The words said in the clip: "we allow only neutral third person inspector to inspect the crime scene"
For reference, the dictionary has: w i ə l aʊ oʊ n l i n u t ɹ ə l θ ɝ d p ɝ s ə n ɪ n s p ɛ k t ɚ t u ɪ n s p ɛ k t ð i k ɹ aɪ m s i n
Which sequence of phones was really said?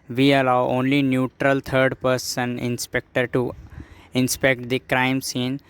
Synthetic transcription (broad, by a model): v i ə l aʊ oʊ n l i n u t ɹ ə l t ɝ d p ɝ s ə n ɪ n s p ɛ k t ɚ t u ɪ n s p ɛ k t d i k ɹ aɪ m s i n